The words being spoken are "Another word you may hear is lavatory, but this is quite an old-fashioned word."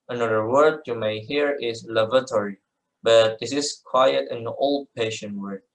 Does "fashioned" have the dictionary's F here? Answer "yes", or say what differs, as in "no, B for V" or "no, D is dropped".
no, P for F